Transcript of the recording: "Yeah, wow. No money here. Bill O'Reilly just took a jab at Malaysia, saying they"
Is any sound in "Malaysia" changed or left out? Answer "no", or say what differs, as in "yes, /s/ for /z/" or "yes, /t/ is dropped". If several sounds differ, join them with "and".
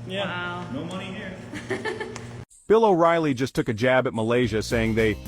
no